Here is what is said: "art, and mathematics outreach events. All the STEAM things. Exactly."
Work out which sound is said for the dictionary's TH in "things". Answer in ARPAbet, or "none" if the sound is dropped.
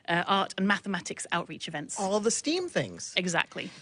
TH